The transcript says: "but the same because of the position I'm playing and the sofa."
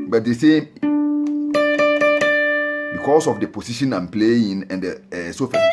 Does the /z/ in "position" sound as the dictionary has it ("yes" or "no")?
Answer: no